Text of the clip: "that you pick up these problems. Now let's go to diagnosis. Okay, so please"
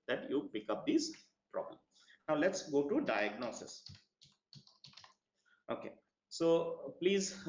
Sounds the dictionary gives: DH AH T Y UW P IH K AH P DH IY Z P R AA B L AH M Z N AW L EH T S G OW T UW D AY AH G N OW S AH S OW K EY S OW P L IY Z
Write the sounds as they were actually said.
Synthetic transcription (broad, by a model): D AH T Y UW P IH K AH P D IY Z P R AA B L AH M N AW L EH T S G OW T UW D AY AH G N OW S AH S OW K EY S OW P L IY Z